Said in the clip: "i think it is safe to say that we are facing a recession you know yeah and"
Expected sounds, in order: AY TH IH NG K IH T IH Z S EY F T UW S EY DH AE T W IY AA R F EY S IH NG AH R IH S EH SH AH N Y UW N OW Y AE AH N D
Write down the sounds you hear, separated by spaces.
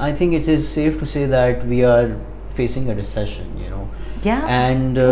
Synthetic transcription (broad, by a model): AY T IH NG K IH T IH Z S EY F T UW S EY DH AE T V IY AA R F EY S IH NG AH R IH S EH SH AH N Y UW N OW Y AE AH N D